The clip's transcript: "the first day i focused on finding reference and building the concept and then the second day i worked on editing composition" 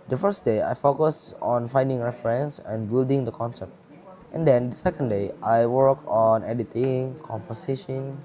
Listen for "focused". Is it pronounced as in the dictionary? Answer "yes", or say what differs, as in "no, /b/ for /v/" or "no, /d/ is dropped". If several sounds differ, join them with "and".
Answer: no, /t/ is dropped